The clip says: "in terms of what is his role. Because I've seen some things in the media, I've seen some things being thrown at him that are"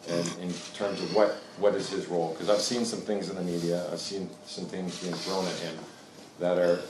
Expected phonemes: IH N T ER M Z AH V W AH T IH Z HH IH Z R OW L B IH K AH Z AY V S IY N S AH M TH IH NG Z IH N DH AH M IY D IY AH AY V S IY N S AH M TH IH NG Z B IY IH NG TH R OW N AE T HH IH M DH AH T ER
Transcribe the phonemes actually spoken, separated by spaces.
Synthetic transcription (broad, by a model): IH N T ER M Z AH V W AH T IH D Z IH Z R OW L K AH Z AY V S IY N S AH M TH IH NG Z IH N DH AH M IY D IY AH AY V S IY N S AH M TH IH NG Z B IY IH NG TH R OW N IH T HH IH M DH AH T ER